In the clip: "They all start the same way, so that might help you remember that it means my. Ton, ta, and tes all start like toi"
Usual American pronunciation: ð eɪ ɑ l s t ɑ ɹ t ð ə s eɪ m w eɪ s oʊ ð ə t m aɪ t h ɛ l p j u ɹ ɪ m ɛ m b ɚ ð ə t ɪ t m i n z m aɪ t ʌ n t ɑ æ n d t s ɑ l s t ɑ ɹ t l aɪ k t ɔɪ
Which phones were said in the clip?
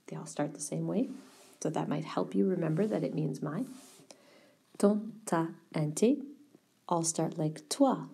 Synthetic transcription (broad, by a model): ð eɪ ɑ l s t ɑ ɹ t ð ə s eɪ m w eɪ s oʊ ð ə t m aɪ t h ɛ l p j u ɹ ɪ m ɛ m b ɚ ð ə t ɪ t m i n z m aɪ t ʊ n t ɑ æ n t t ɑ l s t ɑ ɹ t l aɪ k t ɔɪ